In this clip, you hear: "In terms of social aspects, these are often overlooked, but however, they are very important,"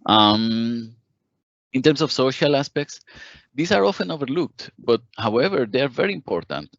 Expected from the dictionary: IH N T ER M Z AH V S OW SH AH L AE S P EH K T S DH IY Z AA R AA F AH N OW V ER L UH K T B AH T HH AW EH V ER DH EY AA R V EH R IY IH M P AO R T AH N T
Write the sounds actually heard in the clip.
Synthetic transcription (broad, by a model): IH N T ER M S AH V S OW SH AH L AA S P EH K T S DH IY S AA R AA F AH N OW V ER L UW K T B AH T HH AW EH V ER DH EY AA R V EH R IY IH M P AO R T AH N T